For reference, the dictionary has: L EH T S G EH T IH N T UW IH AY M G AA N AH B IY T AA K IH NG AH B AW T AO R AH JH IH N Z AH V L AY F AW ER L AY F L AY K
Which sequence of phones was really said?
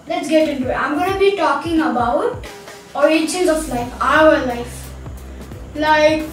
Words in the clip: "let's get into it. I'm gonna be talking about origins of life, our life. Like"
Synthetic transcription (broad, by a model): L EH T S G EH T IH N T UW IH AY M G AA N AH B IY T AA K IH NG AH B AW T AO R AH CH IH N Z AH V L AY F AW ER L AY F L AY K